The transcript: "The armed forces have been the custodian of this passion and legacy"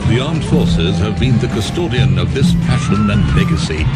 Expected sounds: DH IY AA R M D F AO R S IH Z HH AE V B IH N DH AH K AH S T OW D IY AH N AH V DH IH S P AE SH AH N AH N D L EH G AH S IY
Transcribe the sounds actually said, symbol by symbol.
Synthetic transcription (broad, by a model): DH IY AA R M D F AO R S IH Z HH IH V B IH N DH AH K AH S T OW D IY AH N AH V DH IH S P AE SH AH N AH N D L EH G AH S IY